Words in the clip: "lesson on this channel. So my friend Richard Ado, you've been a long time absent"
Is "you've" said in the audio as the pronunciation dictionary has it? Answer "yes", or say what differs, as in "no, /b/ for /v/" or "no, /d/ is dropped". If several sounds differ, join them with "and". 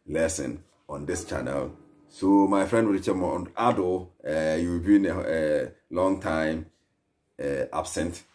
no, /w/ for /v/